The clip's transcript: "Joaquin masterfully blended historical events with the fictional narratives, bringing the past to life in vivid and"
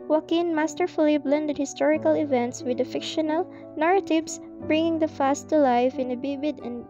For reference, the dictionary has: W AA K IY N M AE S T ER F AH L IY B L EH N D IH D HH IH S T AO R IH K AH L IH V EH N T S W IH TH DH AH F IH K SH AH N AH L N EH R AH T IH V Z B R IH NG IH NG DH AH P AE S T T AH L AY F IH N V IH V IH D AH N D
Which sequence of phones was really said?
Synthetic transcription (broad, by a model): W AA K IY N M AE S T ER F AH L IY B L EH N D IH D HH IH S T AO R IH K AH L IH V EH N T S W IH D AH F IH K SH AH N AH L N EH R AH T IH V S B R IH NG IH NG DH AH F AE S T T AH L AY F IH N B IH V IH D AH N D